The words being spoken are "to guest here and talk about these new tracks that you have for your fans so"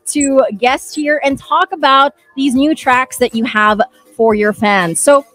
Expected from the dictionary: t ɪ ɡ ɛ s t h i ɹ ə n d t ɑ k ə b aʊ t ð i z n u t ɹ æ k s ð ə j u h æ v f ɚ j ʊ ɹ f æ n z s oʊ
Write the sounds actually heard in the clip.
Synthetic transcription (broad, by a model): t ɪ ɡ ɛ s h i ɹ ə n t ɑ k ə b aʊ t ð i z n u t ɹ æ k s ð ə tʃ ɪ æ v f ɚ j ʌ ɹ f æ n z s oʊ